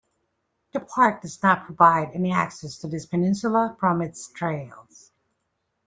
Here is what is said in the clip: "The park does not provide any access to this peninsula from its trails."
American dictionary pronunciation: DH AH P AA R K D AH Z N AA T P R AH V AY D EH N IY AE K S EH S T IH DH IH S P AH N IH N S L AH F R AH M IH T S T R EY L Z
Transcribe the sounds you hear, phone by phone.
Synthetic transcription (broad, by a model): DH AH P AA R K D AH Z N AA T P R AH V AY D EH N IY AE K S EH S T IH DH IH S P AH N IH N S L AH F R AH M IH T S T R EY L Z